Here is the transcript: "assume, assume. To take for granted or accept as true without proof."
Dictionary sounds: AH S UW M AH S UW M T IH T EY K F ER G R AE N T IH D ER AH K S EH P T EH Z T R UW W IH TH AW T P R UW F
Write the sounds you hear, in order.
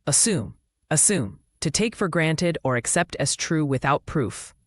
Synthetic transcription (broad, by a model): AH S UW M AH S UW M T IH T EY K F ER G R AE N T IH D ER AH K S EH P T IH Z T R UW W IH TH AW T P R UW F